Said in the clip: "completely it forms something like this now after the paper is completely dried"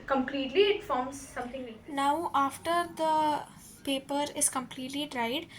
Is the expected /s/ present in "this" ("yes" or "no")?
no